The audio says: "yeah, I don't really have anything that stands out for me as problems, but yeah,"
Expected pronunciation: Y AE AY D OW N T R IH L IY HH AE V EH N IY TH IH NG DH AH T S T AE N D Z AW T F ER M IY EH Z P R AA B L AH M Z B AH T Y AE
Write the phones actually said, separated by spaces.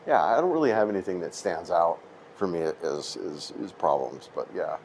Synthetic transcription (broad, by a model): Y AE AY D OW N T R IH L IY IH V EH N IY TH IH NG DH AH T S T AE N D Z AW T F ER M IY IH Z P R AA B L AH M Z B AH T Y AE